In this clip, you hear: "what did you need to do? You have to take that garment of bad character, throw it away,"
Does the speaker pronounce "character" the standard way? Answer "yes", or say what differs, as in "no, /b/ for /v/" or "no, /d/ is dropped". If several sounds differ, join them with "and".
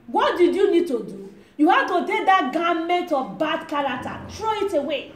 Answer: no, /l/ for /ɹ/ and /k/ is dropped